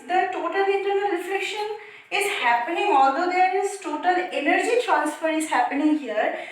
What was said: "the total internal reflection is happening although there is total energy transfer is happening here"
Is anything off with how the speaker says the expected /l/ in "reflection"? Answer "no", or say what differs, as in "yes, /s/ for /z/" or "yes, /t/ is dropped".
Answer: yes, /l/ is dropped